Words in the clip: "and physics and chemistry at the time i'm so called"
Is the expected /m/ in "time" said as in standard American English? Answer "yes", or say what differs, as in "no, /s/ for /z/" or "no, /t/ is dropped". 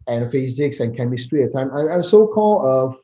no, /m/ is dropped